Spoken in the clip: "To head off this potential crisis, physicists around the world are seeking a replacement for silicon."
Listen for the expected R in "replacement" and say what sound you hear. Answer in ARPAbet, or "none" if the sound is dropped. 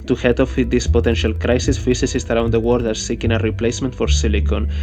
R